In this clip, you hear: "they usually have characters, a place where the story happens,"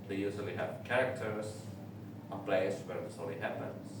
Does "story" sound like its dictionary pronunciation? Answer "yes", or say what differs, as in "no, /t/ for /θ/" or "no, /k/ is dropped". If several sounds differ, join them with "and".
no, /l/ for /ɹ/